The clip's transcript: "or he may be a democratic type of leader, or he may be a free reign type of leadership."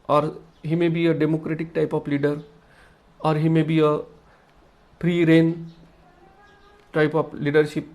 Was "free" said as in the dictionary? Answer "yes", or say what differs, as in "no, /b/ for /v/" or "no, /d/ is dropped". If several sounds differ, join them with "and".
no, /p/ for /f/